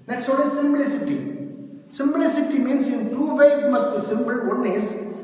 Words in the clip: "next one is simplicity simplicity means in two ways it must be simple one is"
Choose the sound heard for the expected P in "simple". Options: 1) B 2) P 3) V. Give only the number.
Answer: 1